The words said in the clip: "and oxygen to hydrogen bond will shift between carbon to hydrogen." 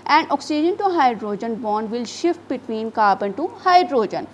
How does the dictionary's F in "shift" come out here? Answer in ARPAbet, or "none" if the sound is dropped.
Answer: F